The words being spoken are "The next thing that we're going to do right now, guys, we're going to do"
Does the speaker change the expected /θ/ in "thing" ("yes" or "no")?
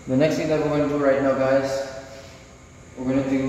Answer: yes